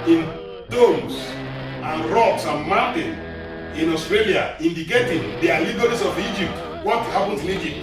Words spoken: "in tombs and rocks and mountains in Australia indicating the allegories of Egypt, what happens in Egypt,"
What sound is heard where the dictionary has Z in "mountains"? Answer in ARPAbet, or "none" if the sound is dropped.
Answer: none